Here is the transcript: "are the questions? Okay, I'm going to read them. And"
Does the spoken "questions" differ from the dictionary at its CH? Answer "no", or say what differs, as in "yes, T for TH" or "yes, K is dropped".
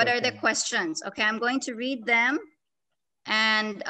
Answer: no